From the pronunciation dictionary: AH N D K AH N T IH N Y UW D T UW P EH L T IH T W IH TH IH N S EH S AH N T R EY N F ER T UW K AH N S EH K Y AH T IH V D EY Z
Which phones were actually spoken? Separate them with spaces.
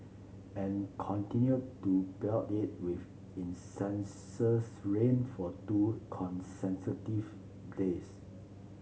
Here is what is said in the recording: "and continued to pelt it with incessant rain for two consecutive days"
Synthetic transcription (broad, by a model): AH N K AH N T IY N Y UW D T UW B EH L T IH T W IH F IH N S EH S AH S R EY N F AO T UW K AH N S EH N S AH T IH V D EY S